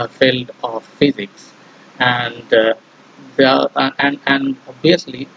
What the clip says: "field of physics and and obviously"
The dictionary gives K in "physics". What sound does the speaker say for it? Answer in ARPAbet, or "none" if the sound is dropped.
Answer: K